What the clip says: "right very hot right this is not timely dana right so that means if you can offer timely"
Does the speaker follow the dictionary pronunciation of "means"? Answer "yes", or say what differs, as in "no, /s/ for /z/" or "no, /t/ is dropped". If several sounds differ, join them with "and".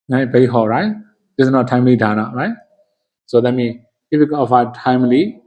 no, /z/ is dropped